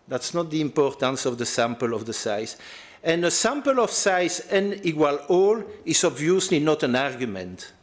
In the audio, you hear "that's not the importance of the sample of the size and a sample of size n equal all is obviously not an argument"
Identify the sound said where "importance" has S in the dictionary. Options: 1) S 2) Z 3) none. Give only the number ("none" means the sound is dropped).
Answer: 1